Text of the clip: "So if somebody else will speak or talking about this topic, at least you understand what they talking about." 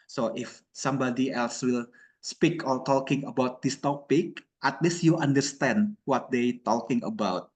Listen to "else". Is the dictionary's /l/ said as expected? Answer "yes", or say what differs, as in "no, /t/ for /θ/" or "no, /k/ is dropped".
yes